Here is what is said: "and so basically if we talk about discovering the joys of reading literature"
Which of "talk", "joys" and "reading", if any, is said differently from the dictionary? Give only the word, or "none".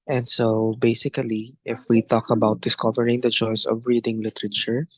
joys